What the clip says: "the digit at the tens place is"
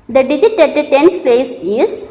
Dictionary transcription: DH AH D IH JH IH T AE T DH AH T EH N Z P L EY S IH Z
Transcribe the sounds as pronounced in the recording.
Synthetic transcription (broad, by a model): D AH D IH JH IH T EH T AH T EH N S P EY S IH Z